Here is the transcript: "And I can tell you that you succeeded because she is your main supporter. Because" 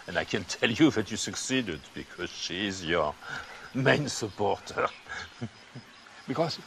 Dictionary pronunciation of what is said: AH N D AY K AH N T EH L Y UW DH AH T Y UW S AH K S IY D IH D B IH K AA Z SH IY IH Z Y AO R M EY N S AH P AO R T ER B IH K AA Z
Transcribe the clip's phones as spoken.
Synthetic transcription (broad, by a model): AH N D AY K AH N T EH L Y UW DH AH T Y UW S AH K S IY D IH D B IH K AA Z SH IY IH Z Y AO R M EY N S AH P AO R T ER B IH K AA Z